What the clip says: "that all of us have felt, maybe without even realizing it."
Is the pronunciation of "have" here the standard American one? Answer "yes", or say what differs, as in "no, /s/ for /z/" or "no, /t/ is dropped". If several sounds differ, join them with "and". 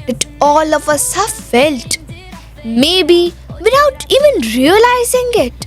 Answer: no, /f/ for /v/